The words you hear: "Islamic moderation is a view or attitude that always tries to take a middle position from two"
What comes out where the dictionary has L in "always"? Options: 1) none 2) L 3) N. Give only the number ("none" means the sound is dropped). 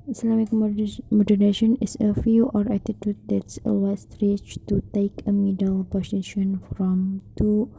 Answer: 1